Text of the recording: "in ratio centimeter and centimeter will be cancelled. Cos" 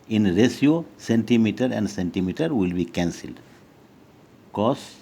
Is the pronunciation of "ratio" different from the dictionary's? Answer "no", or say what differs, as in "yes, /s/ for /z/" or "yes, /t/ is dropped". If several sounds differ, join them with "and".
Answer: yes, /s/ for /ʃ/